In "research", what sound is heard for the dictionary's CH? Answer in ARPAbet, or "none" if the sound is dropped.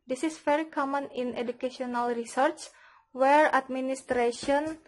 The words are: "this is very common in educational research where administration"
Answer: CH